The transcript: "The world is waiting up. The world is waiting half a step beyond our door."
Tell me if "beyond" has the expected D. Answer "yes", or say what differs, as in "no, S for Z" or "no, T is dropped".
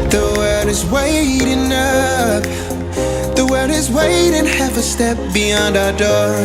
yes